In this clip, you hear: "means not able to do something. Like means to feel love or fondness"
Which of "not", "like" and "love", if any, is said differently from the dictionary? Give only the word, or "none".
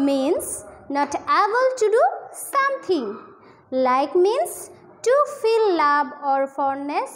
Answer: love